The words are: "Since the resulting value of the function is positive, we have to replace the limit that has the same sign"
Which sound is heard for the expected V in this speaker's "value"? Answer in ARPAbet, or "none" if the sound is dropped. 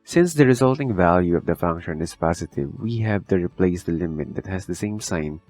V